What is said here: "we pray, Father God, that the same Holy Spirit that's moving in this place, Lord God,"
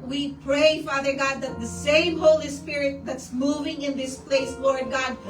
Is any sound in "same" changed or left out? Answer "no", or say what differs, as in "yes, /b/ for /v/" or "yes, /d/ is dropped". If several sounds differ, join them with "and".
no